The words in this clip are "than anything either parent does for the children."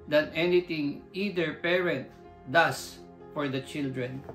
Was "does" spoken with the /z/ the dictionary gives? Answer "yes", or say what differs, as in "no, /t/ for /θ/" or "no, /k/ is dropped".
no, /s/ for /z/